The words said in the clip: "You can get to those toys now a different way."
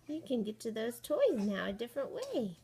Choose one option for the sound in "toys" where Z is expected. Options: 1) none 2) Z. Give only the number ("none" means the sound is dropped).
2